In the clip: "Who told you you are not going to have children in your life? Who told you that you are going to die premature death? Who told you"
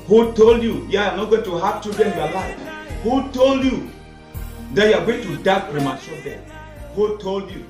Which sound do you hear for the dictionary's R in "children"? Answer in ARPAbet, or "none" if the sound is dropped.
none